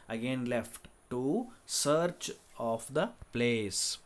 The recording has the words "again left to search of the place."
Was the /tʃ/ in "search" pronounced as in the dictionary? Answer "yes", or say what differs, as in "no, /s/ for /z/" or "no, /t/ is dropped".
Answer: yes